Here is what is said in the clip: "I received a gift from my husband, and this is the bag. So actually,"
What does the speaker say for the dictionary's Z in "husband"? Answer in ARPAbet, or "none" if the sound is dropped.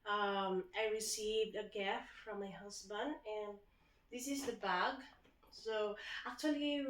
S